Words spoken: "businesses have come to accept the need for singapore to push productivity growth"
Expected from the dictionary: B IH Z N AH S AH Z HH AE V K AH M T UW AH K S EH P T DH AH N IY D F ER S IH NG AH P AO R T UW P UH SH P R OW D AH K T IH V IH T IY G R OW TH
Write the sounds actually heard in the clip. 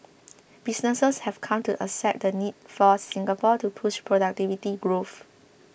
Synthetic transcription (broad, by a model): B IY S N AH S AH S HH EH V K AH M T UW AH S EH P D AH N IY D F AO S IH NG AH P AO T UW P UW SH P R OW D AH K T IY V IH T IY G R OW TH